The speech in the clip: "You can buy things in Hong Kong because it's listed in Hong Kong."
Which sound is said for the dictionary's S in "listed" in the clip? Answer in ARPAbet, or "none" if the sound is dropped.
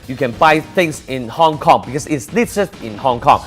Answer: none